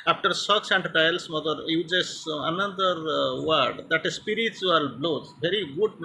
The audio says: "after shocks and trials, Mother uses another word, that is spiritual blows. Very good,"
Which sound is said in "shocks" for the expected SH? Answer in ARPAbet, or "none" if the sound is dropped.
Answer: S